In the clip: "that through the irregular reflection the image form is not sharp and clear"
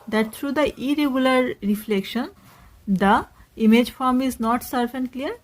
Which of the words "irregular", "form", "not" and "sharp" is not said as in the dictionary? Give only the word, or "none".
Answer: sharp